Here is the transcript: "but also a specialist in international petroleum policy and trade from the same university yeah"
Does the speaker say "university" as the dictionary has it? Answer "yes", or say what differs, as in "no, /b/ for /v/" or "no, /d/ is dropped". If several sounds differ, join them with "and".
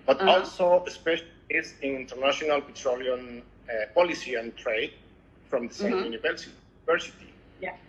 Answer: no, /s/ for /t/